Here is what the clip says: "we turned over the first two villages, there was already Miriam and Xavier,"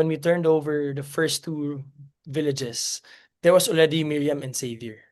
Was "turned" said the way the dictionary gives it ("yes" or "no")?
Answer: yes